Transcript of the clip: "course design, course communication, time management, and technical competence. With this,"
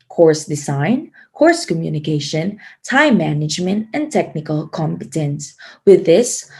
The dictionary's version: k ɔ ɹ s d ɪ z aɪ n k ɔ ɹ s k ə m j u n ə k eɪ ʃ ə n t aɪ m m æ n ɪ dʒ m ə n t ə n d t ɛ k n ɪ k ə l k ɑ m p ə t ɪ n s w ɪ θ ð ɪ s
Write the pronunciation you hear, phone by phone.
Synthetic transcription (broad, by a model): k ɔ ɹ s d ɪ z aɪ n k ɔ ɹ s k ə m j u n ə k eɪ ʃ ə n t aɪ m m æ n ɪ dʒ m ə n t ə n t ɛ k n ɪ k ə l k ɑ m p ə t ɪ n s w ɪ ð ɪ s